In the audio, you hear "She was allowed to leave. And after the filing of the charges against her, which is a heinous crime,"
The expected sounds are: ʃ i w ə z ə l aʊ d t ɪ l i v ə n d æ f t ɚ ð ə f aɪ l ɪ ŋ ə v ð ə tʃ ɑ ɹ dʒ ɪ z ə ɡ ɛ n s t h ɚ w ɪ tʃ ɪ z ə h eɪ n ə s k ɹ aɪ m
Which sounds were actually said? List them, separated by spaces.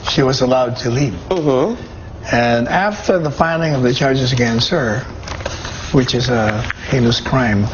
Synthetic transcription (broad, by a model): ʃ i w ə z ə l aʊ d t ɪ l i p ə n æ f t ɚ ð ə f aɪ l ɪ ŋ ə v ð ə tʃ ɑ ɹ dʒ ɪ z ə ɡ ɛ n s ɚ w ɪ tʃ ɪ z ə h eɪ l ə s k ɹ aɪ m